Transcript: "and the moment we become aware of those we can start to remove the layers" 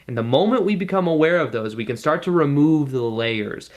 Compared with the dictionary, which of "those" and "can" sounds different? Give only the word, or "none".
none